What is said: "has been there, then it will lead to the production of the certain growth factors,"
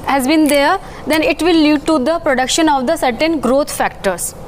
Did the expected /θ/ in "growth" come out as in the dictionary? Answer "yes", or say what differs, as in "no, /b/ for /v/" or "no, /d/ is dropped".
no, /t/ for /θ/